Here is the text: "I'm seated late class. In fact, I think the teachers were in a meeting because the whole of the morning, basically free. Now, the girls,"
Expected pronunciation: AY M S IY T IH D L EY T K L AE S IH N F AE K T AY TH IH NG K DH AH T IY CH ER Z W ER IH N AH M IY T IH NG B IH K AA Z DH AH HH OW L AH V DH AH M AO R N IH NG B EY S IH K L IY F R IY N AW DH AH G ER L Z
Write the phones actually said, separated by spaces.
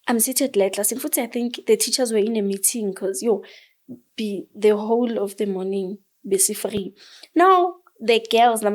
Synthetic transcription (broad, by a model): AY M S IY T IH D L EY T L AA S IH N F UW T AY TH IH NG K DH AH T IY CH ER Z W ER IH N AH M IY T IH NG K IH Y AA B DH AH HH OW L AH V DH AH M AO N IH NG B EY S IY F R IY N AW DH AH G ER L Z